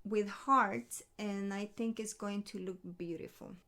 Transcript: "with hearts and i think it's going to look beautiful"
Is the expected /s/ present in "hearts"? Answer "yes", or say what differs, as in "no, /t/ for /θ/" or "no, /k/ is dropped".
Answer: no, /s/ is dropped